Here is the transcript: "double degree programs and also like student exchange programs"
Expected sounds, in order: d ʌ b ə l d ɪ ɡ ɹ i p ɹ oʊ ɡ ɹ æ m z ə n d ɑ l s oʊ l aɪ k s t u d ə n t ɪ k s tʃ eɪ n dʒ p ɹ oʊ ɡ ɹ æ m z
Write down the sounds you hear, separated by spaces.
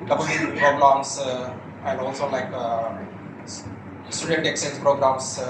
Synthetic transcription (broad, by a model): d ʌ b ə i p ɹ oʊ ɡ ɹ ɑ m s ə n d ɑ l s oʊ l aɪ k s t u d ə n t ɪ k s eɪ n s p ɹ oʊ ɡ ɹ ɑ m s